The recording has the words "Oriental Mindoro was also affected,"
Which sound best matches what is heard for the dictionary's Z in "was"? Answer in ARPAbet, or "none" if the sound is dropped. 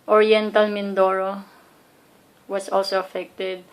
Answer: S